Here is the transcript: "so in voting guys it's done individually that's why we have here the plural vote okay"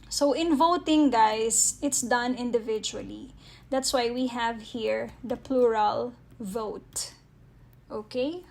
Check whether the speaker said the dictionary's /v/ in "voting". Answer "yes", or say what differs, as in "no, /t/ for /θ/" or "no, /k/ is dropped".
yes